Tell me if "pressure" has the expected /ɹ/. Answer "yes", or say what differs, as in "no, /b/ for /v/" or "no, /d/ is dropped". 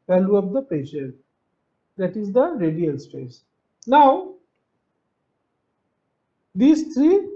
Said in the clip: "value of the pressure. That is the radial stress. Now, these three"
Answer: no, /ɹ/ is dropped